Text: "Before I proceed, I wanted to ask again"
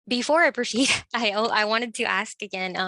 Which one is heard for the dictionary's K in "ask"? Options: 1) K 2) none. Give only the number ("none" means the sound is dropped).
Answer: 1